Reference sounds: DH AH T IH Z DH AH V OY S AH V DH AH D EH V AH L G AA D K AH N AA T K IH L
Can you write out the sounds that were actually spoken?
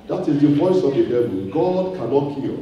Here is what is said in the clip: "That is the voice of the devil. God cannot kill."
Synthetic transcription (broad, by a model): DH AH T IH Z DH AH V OY S AH V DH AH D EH B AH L G AA D K AH N AA T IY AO